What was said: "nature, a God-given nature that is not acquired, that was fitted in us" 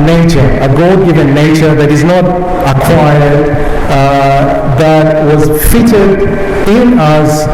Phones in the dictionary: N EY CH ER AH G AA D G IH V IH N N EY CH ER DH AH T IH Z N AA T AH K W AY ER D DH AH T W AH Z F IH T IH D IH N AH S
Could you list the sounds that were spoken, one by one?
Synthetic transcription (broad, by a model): N EY CH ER AH G AA D G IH V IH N N EY CH ER DH AH T IH Z N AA T AH K W AY ER D DH AH T W AH Z F IH T IH D IH N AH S